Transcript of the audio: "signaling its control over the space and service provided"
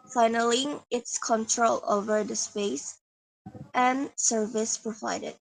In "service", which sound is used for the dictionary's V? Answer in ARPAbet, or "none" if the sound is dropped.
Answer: V